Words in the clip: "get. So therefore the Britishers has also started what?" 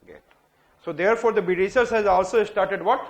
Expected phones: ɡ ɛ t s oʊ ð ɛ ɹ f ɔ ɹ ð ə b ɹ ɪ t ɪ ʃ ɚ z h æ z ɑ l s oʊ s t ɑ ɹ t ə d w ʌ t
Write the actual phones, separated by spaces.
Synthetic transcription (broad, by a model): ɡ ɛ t s oʊ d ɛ ɹ f ɔ ɹ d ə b ɪ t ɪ s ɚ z h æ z ɑ l s oʊ s t ɑ ɹ t ə d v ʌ t